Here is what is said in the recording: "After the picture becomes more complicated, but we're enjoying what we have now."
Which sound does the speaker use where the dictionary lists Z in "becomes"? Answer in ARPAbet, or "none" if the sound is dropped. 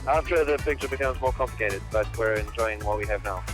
Z